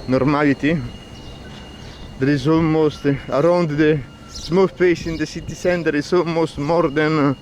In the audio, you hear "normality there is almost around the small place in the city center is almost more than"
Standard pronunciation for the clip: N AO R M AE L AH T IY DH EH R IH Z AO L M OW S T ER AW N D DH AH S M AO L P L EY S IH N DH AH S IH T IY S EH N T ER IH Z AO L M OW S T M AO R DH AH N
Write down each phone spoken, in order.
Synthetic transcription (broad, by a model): N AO R M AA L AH T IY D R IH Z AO M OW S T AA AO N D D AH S M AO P EY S IH N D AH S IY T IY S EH N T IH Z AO M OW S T M AO R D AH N